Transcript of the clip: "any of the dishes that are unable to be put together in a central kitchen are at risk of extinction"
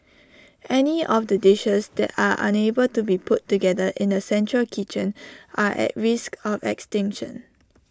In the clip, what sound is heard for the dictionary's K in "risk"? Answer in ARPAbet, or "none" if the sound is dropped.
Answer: K